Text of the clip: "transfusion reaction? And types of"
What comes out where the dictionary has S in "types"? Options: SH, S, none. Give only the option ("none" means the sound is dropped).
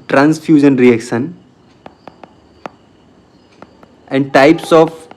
S